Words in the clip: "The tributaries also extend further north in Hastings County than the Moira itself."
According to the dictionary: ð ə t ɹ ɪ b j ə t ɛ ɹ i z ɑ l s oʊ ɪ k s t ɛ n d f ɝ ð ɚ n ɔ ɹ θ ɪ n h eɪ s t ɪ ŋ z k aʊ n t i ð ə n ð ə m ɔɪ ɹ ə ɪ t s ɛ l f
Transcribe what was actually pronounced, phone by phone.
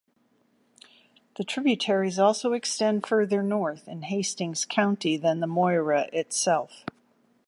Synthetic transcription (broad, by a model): ð ə t ɹ ɪ b j ə t ɛ ɹ i z ɑ l s oʊ ɪ k s t ɛ n d f ɝ ð ɚ n ɔ ɹ θ ɪ n h eɪ s t ɪ ŋ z k aʊ n t i ð ə n ð ə m ɔɪ ɹ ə ɪ t s ɛ l f